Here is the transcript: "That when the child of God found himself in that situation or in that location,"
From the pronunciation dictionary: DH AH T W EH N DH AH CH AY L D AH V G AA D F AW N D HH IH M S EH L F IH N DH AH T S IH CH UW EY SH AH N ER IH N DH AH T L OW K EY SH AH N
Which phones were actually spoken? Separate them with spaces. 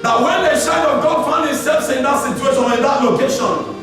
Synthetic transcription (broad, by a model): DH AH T W EH N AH SH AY D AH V G AA D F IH N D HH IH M S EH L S IH N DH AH T S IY CH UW EY SH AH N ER IH N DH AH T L OW K EY SH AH N